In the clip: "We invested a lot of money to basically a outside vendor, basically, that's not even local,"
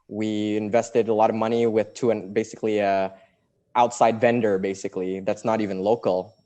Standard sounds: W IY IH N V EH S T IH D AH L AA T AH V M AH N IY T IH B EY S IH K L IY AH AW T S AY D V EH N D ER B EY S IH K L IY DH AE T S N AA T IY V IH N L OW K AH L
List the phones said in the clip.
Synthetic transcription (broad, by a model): W IY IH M V EH S T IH D AH L AA T AH V M AH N IY T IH B EY S IH K L IY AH AW T S AY D V EH N D ER B EY S IH K L IY DH AE T S N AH T IY V IH N L OW K L